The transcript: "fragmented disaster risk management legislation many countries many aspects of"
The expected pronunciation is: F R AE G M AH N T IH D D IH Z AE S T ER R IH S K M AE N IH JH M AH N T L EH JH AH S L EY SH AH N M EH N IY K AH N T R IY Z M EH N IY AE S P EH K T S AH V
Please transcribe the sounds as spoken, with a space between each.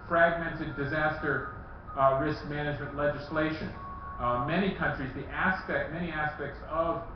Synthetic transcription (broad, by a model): F R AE G M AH N T IH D D IH Z AE S T ER R IH S K M AE N IH JH M AH N T L EH JH AH S L EY SH AH N M EH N IY K AH N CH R IY Z M EH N IY AE S P EH K T S AH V